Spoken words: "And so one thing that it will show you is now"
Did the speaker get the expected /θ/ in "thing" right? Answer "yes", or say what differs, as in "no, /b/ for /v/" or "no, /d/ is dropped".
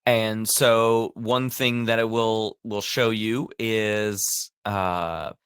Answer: yes